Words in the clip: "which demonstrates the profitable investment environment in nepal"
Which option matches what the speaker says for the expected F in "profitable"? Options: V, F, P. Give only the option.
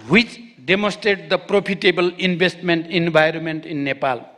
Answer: P